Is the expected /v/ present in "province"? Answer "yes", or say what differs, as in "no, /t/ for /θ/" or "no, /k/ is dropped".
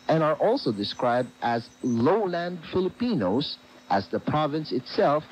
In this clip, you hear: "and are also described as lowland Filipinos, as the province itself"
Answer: yes